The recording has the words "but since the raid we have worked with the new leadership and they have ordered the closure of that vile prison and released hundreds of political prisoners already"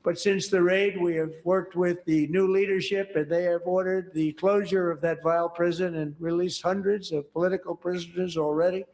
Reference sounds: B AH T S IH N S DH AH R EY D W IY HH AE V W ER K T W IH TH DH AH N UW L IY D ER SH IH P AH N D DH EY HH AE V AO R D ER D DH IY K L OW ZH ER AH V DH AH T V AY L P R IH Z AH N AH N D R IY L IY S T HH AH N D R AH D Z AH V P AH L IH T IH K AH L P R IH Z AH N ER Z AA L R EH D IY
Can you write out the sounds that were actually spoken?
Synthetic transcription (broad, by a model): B AH T S IH N S DH AH R EY D W IY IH V W ER K T W IH DH AH N UW L IY D ER SH IH P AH N DH EY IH V AO R D ER D DH IY K L OW ZH ER AH V DH AH T V AY L P R IH Z AH N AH N R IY L IY S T HH AH N D R AH D Z AH V P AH L IH T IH K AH L P R IH Z AH N ER Z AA L R EH D IY